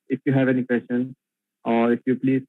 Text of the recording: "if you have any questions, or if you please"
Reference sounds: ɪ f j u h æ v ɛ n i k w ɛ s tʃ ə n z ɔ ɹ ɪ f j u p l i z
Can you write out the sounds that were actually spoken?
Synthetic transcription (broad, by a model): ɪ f j u h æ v ɛ n i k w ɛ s ʃ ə n ɔ ɹ ɪ f j u p l i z